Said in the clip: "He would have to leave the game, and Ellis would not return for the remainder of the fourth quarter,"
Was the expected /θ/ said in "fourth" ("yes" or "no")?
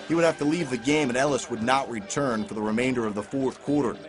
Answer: yes